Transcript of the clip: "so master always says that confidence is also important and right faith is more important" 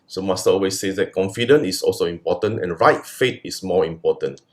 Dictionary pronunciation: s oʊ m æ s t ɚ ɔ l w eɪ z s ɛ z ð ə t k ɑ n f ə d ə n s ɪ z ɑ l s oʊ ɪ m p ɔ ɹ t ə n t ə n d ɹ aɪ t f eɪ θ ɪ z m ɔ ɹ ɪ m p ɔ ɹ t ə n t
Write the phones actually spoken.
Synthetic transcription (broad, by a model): s oʊ m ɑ s t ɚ ɔ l w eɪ s ɛ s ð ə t k ɑ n f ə d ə n ɪ s ɑ l s oʊ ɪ m p ɔ t ə n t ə n ɹ aɪ t f eɪ t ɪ s m ɔ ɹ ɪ m p ɔ t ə n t